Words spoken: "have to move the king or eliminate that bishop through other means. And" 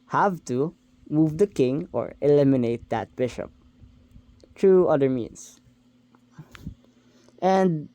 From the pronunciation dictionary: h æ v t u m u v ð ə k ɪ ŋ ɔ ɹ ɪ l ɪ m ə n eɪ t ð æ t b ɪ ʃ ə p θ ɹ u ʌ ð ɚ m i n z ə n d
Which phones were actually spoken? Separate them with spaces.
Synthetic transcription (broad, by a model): h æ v t u m u v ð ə k ɪ ŋ ɔ ɹ ɪ l ɪ m ə n eɪ t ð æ t b ɪ ʃ ə p t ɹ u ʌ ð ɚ m i n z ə n d